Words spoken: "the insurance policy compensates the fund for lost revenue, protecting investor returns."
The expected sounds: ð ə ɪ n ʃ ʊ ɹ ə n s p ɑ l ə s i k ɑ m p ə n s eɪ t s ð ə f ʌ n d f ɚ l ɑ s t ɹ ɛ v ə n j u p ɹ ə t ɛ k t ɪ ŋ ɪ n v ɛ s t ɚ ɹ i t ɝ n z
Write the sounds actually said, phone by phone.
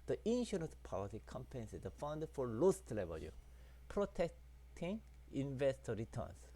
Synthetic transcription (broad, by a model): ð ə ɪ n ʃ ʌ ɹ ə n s p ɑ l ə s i k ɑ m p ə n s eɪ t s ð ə f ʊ n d f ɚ l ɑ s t l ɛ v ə l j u p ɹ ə t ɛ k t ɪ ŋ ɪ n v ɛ s t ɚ ɹ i t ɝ n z